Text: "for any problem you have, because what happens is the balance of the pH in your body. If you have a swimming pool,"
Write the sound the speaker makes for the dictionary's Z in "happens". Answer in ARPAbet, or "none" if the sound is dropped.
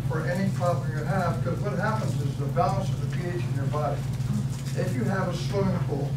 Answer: Z